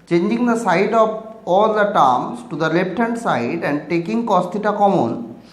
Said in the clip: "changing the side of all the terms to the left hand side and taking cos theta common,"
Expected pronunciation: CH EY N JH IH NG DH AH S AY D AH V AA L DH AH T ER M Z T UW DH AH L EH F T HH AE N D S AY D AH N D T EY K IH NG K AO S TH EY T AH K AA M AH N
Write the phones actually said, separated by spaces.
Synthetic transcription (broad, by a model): CH EY N JH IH NG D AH S AY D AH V AA L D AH T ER M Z T UW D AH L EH P T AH N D S AY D AH N D T EY K IH NG K AO S T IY T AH K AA M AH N